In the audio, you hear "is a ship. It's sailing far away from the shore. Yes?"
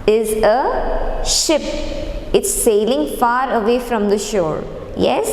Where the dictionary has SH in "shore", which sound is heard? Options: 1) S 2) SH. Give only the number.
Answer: 2